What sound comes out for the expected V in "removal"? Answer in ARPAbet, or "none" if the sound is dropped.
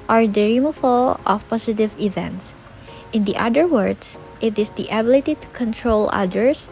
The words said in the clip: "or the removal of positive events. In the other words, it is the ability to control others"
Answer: F